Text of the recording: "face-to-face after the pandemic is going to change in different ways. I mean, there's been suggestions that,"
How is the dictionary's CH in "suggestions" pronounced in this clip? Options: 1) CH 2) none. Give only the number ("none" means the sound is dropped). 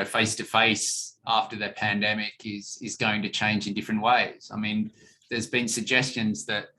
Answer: 1